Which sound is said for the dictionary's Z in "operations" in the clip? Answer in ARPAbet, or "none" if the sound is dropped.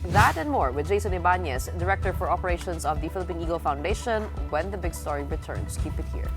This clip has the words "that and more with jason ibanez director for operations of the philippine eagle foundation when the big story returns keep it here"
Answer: S